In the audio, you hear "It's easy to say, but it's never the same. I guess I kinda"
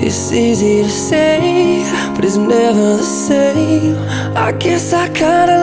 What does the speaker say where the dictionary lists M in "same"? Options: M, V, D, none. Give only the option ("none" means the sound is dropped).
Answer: none